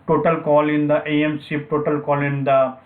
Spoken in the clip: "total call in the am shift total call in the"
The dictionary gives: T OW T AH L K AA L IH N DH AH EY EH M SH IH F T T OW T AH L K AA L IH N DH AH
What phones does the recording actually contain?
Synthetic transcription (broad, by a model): T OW T AH L K AA L IH N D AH EY EH M S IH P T T OW T AH L K AA L IH N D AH